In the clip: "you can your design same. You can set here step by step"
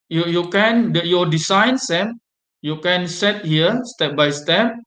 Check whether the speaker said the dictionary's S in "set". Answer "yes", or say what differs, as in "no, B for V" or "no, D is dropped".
yes